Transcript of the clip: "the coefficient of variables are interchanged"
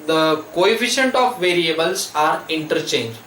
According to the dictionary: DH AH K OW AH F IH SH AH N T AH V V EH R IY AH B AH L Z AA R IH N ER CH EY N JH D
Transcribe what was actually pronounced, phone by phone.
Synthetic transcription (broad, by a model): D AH K OW AH F IH SH AH N T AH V V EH R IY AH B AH L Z AA R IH N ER CH EY N JH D